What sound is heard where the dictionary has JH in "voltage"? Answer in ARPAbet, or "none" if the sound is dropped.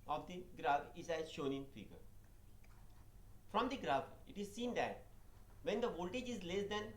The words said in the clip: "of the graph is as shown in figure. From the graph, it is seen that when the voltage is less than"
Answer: JH